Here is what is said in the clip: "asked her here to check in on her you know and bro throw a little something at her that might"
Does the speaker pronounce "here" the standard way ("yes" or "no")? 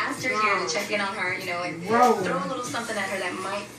yes